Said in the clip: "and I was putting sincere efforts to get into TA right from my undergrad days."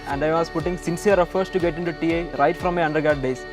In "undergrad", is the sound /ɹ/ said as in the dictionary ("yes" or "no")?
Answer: no